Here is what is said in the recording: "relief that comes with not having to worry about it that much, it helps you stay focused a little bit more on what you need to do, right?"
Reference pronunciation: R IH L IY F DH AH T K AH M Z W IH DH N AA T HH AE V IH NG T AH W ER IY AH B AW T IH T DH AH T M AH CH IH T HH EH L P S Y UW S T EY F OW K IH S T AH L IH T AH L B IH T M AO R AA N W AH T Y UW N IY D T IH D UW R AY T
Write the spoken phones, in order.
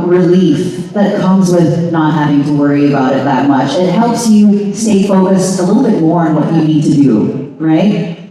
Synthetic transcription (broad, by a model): R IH L IY F DH AH T K AH M Z W IH DH N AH T HH AE V IH NG T AH W ER IY AH B AW T IH T DH AH T M AH CH IH T HH EH L P S Y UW S T EY F OW K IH S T AH L IH T L B IH T M AO R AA N W AH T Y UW N IY D T IH D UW R AY T